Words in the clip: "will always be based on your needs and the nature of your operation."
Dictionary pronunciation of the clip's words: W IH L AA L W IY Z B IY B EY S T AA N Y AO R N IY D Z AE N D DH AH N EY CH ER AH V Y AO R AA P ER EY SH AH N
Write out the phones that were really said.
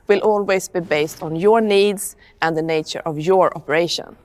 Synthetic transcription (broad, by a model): W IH L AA L W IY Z B IY B EY S T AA N Y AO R N IY D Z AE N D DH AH N EY CH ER AH V Y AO R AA P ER EY SH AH N